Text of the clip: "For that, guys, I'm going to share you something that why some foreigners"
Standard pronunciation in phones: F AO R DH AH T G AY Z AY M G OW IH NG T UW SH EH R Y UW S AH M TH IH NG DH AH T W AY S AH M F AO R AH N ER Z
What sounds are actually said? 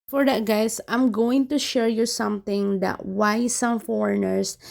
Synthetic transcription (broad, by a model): F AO R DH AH T G AY S AY M G OW IH NG T UW SH EH R Y UW S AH M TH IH NG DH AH T W AY S AH M F AO R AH N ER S